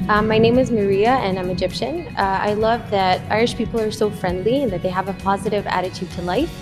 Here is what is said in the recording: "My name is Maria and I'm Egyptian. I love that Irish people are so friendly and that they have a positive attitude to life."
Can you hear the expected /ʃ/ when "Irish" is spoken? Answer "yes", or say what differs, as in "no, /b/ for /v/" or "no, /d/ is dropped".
yes